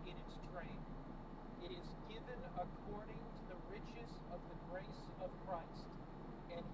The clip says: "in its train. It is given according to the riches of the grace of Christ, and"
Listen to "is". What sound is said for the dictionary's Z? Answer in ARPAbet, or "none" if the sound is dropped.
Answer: Z